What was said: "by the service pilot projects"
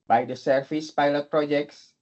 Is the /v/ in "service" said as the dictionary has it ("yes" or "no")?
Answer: no